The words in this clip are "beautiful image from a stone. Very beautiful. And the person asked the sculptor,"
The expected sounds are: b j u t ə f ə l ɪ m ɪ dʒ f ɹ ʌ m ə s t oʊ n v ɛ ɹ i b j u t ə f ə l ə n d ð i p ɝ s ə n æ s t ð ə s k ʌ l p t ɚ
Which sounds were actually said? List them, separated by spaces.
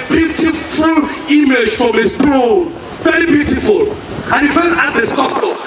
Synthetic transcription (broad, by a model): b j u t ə f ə l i m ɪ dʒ f ɹ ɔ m ə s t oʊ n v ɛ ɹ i b j u t ə f ə l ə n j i f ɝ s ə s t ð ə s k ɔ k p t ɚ